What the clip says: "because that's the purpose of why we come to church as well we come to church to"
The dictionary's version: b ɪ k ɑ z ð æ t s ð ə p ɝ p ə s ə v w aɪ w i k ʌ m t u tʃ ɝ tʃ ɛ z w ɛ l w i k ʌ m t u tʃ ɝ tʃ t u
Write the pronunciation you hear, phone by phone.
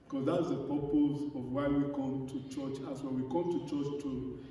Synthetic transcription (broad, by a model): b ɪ k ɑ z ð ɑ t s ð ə p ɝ p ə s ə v w aɪ w i k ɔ m t u tʃ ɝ tʃ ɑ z w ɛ n w i k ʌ m t u tʃ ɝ tʃ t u